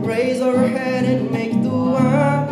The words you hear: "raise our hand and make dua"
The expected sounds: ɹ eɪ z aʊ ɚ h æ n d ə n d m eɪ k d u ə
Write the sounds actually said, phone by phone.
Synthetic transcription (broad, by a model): ɹ eɪ z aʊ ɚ h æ d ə n m eɪ k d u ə